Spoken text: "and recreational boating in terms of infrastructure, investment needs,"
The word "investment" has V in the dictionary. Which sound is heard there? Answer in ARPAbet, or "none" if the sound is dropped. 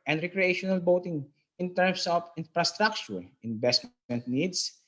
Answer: B